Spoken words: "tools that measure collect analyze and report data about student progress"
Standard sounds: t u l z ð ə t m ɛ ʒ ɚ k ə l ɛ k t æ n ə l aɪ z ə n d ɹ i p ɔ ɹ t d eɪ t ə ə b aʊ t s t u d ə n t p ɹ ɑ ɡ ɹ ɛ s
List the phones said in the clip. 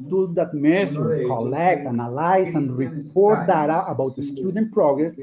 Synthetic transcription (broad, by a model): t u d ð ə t m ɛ s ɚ k ə l ɛ k t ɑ n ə l aɪ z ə n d ɹ i p ɔ ɹ t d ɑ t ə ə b aʊ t s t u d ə n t p ɹ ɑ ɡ ɹ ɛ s